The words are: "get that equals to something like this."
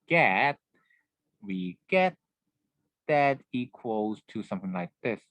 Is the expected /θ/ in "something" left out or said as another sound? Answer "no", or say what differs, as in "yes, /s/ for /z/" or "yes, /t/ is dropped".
no